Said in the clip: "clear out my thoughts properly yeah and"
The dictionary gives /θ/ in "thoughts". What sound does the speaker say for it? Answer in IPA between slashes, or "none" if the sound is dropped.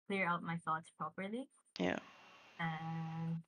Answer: /θ/